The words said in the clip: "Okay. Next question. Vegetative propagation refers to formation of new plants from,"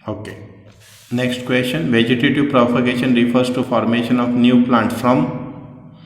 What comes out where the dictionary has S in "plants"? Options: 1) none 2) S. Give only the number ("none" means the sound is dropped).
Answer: 1